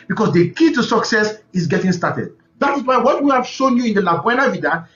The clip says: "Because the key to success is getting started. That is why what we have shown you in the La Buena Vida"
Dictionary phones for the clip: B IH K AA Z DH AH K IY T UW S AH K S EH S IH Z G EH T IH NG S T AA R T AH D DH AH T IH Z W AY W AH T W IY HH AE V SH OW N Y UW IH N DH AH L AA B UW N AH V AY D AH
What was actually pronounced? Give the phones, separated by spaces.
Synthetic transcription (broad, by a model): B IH K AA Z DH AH K IY T UW S AH K S EH S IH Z G EH T IH NG S T AA T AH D DH AH T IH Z W AY W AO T W IY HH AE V SH OW N Y UW IH N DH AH L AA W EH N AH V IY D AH